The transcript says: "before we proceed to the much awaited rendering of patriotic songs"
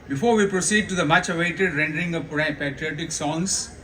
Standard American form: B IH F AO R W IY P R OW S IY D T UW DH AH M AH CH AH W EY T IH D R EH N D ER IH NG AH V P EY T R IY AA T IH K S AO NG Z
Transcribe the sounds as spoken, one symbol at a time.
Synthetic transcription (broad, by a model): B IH F AO R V IY P R OW S IY D T UW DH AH M AH CH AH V EY T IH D R EH N D ER IH NG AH P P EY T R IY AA T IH K S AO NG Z